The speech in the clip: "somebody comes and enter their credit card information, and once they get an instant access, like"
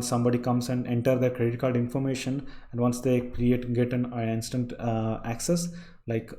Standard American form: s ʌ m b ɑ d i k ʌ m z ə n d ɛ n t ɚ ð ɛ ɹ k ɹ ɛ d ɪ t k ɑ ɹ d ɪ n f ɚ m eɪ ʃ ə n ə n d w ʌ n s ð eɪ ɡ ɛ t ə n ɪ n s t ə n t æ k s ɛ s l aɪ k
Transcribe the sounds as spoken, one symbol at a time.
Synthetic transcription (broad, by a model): s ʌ m b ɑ d i k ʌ m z ə n d ɛ n t ɚ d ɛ ɹ k ɹ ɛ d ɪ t k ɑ l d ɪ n f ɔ m eɪ ʃ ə n ə n d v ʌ n s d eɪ ɡ ɛ t ə n ɪ n s t ə n t æ k s ɛ s l aɪ k